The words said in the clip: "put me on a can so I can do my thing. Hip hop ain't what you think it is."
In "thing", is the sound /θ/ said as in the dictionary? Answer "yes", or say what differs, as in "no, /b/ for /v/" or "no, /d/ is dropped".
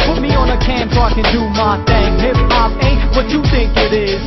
no, /t/ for /θ/